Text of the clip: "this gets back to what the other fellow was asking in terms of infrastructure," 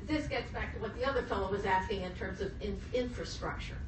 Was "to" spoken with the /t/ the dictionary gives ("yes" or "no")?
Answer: yes